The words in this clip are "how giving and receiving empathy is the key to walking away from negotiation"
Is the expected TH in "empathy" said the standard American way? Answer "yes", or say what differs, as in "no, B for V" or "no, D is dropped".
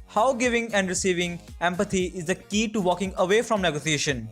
no, T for TH